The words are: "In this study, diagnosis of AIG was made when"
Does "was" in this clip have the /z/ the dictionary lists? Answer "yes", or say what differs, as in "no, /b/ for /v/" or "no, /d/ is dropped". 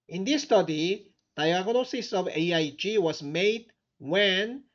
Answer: no, /s/ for /z/